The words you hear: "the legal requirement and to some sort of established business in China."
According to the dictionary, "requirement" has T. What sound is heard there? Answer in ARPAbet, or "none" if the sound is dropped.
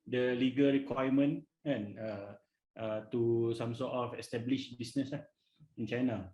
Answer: none